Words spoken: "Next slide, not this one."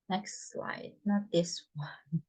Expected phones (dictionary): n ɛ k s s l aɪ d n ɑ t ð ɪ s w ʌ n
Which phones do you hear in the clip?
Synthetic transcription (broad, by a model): n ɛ k s s l aɪ d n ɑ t ð ɪ s w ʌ n